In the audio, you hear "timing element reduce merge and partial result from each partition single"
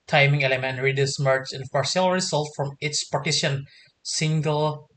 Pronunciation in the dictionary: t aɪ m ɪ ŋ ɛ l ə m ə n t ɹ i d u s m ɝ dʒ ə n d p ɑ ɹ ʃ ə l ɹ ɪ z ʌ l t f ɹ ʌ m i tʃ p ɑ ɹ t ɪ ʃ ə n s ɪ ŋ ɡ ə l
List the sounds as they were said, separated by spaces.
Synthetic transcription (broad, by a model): t aɪ m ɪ ŋ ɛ l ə m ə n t ɹ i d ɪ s m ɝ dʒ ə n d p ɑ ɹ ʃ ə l ɹ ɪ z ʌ l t f ɹ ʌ m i s p ɑ ɹ t ɪ ʃ ə n s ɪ ŋ ɡ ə l